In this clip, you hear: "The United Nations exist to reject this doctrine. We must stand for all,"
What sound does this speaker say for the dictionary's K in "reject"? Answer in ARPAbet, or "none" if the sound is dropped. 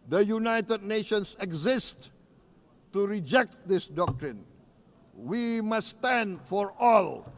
K